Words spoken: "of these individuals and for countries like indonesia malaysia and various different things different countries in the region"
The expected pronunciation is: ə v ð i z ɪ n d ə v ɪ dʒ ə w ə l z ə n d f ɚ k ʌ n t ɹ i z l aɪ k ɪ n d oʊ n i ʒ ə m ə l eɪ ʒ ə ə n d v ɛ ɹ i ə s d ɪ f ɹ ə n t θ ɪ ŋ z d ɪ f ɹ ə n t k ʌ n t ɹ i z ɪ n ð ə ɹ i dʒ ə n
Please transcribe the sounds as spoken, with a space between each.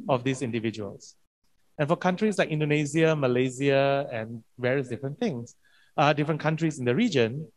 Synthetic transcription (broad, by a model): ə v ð i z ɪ n d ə v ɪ dʒ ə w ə l s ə n f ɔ k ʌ n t ɹ i s l aɪ k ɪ n d oʊ n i z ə m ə l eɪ z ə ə n v ɛ ɹ i ə s d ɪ f ɹ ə n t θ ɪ ŋ s d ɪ f ɹ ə n k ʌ n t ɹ i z ɪ n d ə ɹ i dʒ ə n